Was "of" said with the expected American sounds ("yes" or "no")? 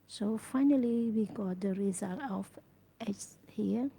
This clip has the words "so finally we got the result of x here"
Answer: no